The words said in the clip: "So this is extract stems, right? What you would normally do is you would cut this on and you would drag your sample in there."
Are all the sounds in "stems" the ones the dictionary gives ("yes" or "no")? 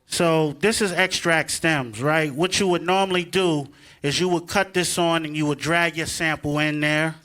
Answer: yes